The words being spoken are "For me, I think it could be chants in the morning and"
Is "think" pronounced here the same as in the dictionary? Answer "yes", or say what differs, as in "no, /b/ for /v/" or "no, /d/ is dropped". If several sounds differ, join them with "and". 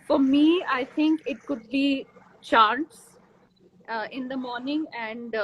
no, /t/ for /θ/